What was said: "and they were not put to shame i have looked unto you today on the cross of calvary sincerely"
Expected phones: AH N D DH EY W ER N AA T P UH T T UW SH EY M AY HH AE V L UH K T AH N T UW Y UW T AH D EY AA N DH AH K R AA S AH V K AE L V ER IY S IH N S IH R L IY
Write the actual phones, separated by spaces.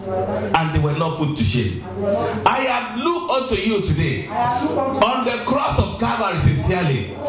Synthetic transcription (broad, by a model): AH N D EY W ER N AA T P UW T T UW SH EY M AY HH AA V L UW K AO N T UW Y UW T AH D EY AA N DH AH K R AA S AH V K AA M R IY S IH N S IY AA L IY